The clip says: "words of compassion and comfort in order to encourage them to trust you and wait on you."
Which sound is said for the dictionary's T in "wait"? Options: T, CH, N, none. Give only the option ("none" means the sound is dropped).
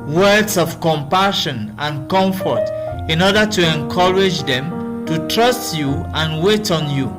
T